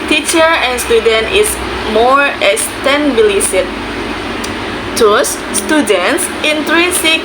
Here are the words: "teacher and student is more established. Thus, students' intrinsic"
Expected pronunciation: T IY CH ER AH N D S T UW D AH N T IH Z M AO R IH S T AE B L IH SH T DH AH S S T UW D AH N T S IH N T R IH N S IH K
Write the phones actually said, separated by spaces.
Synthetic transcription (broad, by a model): T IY CH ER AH N S T UW D AH N T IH S M AO R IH S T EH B L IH S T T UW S S T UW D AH N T S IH N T R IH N S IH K